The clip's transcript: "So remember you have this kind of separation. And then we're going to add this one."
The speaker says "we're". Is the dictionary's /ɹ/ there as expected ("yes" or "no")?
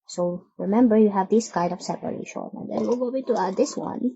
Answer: no